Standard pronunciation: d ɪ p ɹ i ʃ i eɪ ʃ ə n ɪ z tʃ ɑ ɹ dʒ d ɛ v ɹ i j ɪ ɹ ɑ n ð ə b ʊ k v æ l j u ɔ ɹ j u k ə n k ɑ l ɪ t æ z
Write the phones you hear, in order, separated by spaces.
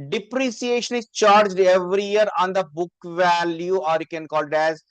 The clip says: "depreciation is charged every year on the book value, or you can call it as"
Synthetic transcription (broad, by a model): d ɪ p ɹ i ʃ i eɪ ʃ ə n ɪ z tʃ ɑ ɹ dʒ d ɛ v ɹ i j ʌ ɹ ɑ n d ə b ʊ k v æ l j u ɔ ɹ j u k ə n k ɑ l ɪ t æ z